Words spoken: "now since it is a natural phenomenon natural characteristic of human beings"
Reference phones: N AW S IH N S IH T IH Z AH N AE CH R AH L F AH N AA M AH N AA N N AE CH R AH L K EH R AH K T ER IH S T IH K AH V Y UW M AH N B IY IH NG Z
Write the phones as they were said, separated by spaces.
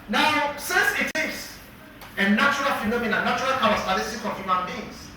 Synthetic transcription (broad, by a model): N AW S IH N S IH T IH S AH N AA CH R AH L F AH N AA M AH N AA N N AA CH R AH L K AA W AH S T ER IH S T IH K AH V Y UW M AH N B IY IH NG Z